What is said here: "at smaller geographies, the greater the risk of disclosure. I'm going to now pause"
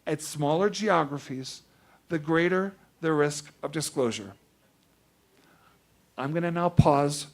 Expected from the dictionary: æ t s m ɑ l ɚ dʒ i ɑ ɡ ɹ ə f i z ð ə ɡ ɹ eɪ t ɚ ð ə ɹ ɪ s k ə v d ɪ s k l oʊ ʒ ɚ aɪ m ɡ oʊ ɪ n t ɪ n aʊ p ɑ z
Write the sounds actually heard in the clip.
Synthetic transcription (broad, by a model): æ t s m ɑ l ɚ dʒ i ɑ ɡ ɹ ə f i z ð ə ɡ ɹ eɪ t ɚ ð ə ɹ ɪ s k ə v d ɪ s k l oʊ ʒ ɚ aɪ m ɡ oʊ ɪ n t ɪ n aʊ p ɑ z